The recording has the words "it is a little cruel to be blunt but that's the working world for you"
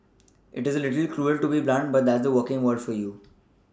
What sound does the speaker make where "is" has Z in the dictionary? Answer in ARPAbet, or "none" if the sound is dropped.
Z